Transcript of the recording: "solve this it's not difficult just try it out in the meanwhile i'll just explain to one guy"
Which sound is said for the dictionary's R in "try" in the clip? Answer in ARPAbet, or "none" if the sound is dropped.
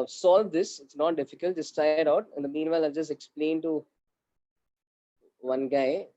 none